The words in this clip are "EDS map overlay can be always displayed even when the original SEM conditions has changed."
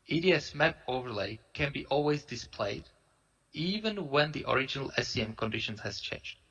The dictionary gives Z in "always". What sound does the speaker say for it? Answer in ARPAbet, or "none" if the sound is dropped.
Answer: Z